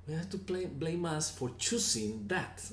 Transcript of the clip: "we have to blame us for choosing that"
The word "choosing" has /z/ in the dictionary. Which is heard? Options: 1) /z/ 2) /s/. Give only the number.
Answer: 2